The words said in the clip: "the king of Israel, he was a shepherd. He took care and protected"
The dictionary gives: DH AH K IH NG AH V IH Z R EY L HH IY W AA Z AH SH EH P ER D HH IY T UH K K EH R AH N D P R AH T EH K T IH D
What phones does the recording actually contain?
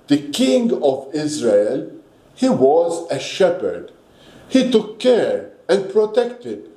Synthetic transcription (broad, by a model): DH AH K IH NG AH V IH Z R EY L HH IY W AA Z AH SH EH P ER D HH IY T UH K K EH R AH N D P R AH T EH K T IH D